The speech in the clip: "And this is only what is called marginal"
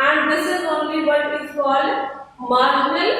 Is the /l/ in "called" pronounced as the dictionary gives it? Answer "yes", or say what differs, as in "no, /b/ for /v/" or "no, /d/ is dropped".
no, /l/ is dropped